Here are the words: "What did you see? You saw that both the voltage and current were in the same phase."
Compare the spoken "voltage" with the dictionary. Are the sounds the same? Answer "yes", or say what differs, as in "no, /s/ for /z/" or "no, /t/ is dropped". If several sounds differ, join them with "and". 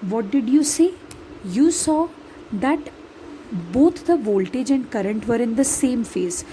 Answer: yes